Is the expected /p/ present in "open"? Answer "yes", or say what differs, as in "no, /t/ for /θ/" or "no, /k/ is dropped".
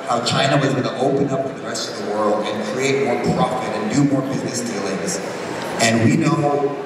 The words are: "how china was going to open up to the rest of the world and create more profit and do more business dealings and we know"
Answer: yes